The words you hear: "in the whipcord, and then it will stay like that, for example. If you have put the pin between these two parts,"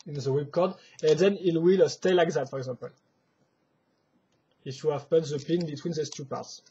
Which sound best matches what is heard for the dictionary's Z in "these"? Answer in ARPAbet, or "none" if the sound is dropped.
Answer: S